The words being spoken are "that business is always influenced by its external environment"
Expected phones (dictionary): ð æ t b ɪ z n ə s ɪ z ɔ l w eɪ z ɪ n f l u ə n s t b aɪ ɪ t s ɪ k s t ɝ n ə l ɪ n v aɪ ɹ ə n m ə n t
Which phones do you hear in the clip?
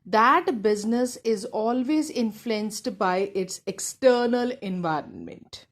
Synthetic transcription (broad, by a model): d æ t b ɪ z n ə s ɪ z ɔ l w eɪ z ɪ n f l u ə n s t b aɪ ɪ t s ɪ k s t ɝ n ə l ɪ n v aɪ ɹ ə n m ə n t